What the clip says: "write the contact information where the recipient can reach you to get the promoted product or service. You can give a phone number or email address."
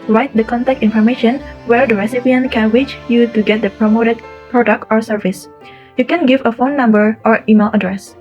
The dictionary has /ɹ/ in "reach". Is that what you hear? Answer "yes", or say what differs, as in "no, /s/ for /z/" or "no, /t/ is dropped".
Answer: no, /w/ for /ɹ/